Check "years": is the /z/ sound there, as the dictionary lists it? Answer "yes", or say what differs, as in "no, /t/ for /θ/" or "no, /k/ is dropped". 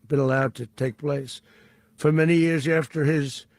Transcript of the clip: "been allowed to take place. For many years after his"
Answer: yes